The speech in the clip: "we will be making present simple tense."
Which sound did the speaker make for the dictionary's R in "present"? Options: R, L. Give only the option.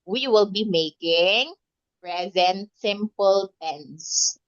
R